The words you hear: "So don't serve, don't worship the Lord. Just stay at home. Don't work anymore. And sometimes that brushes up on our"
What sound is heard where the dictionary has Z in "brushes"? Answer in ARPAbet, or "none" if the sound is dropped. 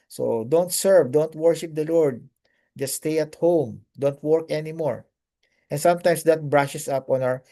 S